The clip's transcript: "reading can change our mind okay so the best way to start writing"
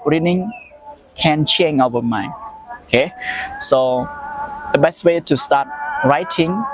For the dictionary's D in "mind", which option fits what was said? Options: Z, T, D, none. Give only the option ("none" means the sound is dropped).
none